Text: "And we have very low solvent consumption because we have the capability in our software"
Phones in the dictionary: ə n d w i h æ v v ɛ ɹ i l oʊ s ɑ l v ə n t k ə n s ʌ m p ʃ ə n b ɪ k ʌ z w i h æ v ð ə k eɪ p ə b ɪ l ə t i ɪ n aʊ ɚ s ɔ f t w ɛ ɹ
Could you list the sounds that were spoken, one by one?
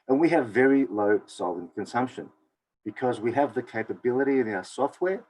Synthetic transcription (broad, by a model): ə n w i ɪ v v ɛ ɹ i l oʊ s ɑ l ə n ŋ k ə n s ʌ m p ʃ ə n b ɪ k ʌ z w i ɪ v ð ə k eɪ p ə b ɪ l ə t i ɪ n aʊ ɚ s ɔ f t w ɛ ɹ